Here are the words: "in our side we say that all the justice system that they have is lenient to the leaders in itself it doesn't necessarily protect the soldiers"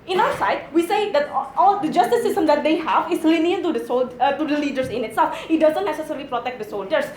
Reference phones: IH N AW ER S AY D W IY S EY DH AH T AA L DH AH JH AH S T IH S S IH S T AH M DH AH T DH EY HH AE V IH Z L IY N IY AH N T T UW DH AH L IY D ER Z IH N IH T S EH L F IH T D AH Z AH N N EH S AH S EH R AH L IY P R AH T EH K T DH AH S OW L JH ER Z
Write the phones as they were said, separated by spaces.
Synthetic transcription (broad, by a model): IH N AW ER S AY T W IY S EY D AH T AA L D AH JH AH S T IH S S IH S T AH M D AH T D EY HH AE V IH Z L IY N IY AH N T T UW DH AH L IY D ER S IH N IH T S EH L F IH T D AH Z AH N N EH S AH S EH R AH L IY P R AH T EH K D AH S OW L JH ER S